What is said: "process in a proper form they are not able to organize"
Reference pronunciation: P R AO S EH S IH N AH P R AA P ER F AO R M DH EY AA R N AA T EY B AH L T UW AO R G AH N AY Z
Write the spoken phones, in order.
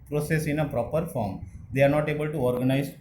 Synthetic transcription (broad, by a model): P R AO S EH S IH N AH P R AA P ER F AO R M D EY AA R N AA T EY B AH L T UW AO R G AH N AY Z